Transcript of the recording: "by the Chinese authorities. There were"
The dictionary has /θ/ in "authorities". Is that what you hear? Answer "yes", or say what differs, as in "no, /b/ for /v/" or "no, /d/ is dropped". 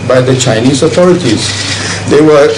no, /t/ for /θ/